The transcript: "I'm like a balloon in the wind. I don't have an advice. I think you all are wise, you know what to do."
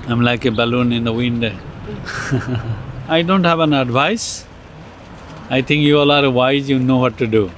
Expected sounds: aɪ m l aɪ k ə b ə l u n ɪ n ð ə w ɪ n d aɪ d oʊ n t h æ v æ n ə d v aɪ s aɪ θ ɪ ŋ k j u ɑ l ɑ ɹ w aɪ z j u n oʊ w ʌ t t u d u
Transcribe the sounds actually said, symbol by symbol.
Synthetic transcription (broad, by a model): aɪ m l aɪ k ə b ə l u n ɪ n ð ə w ɪ n d aɪ d oʊ n t h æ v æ n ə d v aɪ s aɪ t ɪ ŋ k j u ɑ l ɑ ɹ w aɪ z j u n oʊ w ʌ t t u d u